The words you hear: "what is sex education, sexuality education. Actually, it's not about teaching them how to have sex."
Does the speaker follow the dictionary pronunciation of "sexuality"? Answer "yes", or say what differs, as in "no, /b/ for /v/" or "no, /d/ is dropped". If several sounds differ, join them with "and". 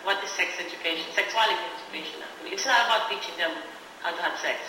no, /s/ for /ʃ/